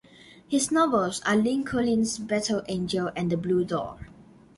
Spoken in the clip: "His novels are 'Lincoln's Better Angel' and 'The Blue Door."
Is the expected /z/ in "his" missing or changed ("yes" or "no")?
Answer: yes